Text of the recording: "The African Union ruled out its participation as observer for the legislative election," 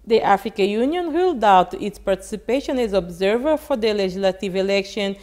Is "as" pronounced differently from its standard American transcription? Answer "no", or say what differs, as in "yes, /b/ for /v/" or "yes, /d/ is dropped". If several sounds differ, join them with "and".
no